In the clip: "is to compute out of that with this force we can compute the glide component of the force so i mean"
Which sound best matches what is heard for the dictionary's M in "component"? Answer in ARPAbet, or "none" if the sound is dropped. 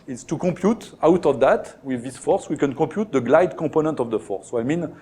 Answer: none